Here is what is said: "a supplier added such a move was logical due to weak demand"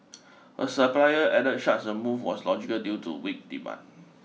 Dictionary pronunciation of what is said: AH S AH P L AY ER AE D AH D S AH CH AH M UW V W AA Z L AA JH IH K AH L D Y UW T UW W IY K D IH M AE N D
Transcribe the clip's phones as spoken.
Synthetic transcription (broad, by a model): AH S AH P L AY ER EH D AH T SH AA S AH M UW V W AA S L AA JH IH K AH L D Y UW T UW W IY K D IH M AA N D